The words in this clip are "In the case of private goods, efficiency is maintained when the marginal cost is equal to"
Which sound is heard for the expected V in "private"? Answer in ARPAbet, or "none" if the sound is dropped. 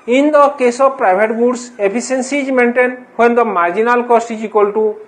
B